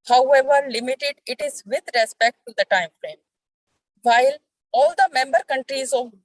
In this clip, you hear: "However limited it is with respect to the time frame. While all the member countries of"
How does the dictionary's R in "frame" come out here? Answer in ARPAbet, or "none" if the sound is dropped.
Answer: L